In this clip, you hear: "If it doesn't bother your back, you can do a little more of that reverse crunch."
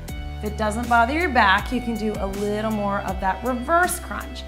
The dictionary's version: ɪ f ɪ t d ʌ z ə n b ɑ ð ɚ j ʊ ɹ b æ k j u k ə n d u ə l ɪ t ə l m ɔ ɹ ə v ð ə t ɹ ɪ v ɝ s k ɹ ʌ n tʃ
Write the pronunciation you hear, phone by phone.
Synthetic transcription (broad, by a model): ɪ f ɪ t d ʌ z ə n b ɑ ð ɚ j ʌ ɹ b æ k j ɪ k ə n d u ə l ɪ t l m ɔ ɹ ə v ð ə t ɹ ɪ v ɝ s k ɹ ʌ n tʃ